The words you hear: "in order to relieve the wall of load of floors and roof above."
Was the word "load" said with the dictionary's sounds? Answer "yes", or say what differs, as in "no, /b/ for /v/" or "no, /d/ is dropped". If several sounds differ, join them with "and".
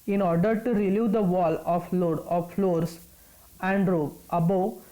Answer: yes